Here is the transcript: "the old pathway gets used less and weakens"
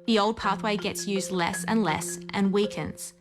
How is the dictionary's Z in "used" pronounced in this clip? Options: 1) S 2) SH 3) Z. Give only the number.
3